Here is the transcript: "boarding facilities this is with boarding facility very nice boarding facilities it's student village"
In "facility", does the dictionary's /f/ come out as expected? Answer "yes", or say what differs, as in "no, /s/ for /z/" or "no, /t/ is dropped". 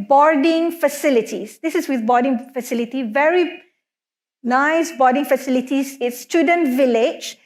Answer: yes